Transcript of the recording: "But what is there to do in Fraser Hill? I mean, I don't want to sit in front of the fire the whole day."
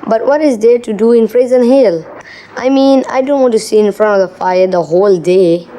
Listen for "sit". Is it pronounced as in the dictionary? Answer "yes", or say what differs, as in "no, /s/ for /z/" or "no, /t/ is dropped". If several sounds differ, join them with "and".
no, /t/ is dropped